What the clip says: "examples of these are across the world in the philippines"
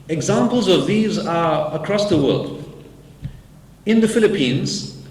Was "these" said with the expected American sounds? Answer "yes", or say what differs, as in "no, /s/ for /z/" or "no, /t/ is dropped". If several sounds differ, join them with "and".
yes